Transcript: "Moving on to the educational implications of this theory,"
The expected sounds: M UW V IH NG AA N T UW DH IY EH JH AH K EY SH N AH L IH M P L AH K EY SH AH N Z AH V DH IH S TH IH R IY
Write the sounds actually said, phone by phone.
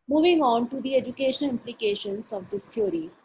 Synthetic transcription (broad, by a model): M UW V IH NG AA N T UW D IY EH JH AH K EY SH AH N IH M P L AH K EY SH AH N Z AH V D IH S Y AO R IY